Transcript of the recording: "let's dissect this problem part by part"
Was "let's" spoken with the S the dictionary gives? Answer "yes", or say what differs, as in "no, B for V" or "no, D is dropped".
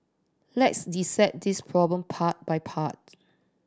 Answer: yes